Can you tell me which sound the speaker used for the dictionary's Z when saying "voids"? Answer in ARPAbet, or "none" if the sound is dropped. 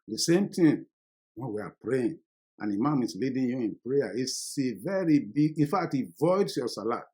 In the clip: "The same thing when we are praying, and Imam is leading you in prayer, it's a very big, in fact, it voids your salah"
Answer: S